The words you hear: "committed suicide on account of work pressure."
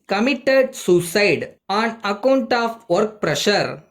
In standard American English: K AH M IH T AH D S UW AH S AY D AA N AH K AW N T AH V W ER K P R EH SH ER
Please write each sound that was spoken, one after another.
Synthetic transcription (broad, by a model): K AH M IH T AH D S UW S AY D AA N AH K AW N T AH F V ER K P R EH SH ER